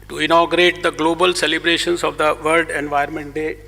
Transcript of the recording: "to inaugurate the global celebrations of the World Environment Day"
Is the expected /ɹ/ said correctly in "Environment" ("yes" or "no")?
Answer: no